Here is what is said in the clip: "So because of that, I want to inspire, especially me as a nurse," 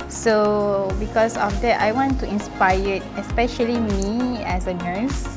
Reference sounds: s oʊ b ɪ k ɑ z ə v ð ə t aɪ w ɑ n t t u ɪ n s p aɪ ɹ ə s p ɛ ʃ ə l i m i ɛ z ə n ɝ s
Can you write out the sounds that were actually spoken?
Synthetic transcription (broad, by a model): s oʊ b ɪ k ɑ s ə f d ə t aɪ w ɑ n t t u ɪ n s p aɪ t ə s p ɛ ʃ ə l i m i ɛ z ə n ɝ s